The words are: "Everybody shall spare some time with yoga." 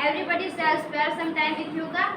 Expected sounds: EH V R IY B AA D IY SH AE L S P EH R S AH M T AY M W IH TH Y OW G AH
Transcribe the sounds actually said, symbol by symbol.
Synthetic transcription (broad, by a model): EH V R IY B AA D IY S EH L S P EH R S AH M T AY M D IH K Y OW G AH